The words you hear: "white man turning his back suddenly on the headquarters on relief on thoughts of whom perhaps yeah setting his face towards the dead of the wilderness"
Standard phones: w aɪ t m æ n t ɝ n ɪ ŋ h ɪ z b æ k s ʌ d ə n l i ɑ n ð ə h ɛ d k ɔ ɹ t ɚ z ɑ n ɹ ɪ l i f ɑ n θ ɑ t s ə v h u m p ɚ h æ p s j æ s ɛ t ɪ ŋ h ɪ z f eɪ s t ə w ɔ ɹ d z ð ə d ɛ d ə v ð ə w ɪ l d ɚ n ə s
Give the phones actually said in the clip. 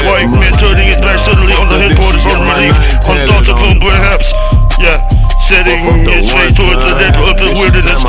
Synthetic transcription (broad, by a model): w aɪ m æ n t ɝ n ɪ ŋ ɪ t b æ k s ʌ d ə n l i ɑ n ð ə h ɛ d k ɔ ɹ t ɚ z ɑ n ɹ ɪ l i f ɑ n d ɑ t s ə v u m p ɚ h æ p s j æ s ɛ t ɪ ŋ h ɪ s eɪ t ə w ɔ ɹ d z ð ə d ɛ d ə v ð ə w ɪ l d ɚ n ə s